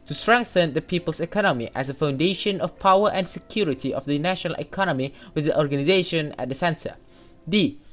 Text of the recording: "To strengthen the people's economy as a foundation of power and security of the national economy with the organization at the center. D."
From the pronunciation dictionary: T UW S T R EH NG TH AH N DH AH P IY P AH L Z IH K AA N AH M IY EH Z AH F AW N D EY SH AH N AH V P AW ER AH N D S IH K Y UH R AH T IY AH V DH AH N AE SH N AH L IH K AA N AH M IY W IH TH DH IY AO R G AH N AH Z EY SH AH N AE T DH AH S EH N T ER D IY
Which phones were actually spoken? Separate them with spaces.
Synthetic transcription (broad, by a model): T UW S T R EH NG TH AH N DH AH P IY P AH L S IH K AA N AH M IY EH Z AH F AW N D EY SH AH N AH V P AW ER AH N S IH K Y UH R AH T IY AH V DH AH N AE SH N AH L IH K AA N AH M IY W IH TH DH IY AO R G AH N AH Z EY SH AH N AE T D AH S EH N T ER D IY